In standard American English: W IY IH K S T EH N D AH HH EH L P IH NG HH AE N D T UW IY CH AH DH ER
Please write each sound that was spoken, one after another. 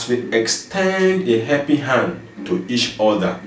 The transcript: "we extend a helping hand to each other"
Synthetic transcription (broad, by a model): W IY IH K S T EH N D AH HH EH P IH HH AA N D T UW IY CH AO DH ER